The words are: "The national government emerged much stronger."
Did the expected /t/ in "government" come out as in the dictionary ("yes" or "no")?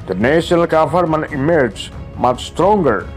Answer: no